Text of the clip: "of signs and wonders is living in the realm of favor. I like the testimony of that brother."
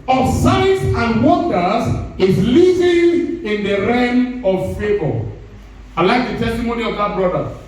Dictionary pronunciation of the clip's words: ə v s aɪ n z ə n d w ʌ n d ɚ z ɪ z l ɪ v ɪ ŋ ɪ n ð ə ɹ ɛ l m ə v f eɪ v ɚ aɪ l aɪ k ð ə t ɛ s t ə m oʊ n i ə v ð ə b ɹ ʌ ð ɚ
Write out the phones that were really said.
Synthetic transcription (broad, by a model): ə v s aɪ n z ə n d w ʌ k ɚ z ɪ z l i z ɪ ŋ ɪ n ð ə ɹ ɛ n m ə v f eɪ b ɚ aɪ l aɪ k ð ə t ɛ s t ə m oʊ n i ə v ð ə b ɹ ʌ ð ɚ